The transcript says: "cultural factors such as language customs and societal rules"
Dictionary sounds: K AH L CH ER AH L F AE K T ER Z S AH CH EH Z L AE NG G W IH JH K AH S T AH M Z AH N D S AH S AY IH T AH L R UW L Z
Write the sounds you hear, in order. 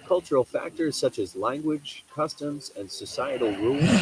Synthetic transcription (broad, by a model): K AH L CH ER L F AE K T ER Z S AH CH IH Z L AE NG G W IH JH K AH S T AH M Z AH N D S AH S AY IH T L R UW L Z